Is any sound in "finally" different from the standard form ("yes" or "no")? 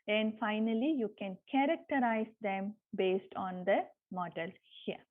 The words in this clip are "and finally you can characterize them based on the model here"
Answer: no